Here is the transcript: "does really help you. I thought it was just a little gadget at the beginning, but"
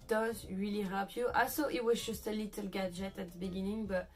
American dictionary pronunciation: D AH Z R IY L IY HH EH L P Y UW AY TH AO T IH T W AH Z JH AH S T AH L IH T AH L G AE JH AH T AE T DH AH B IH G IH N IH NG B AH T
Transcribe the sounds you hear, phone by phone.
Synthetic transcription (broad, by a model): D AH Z R IY L IY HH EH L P Y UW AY S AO T IH T W AH Z JH AH S T AH L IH T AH L G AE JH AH T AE T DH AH B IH G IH N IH NG B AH T